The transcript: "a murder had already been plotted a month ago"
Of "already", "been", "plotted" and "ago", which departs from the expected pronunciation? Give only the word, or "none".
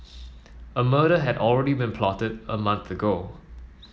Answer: none